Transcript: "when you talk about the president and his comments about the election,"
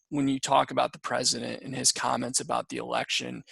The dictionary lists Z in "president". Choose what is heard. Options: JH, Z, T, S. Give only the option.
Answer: Z